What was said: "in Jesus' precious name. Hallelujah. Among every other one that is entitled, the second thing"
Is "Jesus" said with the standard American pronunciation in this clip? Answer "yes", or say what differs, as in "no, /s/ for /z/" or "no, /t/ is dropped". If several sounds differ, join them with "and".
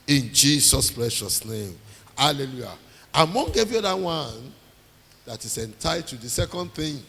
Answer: no, /s/ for /z/